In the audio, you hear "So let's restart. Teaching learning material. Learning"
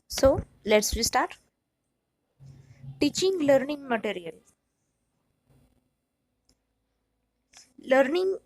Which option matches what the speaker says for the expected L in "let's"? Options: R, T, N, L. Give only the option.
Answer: L